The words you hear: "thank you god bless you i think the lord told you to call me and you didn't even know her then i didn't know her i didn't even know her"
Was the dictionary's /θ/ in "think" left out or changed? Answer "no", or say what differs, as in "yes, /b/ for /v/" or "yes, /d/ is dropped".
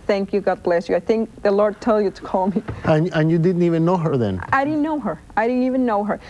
no